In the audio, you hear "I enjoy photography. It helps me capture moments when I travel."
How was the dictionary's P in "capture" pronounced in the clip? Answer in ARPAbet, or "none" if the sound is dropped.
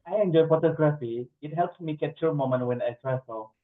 none